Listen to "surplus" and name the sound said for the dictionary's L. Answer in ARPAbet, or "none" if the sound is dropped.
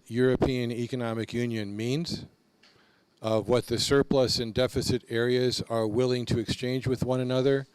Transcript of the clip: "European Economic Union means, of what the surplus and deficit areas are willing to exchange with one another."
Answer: L